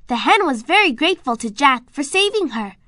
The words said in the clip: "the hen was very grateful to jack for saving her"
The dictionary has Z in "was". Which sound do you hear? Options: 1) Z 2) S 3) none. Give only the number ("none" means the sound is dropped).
1